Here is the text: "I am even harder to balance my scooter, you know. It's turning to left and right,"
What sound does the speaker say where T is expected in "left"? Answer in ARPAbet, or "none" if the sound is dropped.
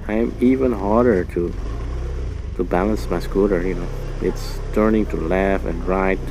none